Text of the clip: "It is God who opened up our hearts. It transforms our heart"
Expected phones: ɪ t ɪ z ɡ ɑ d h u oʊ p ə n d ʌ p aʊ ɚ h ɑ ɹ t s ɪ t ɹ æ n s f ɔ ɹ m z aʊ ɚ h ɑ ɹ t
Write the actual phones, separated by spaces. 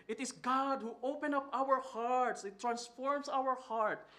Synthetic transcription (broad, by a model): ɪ t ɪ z ɡ ɑ d h u oʊ p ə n ʌ p aʊ ɚ h ɑ ɹ t s ɪ t ɹ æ n s f ɔ ɹ m s aʊ ɚ h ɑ ɹ t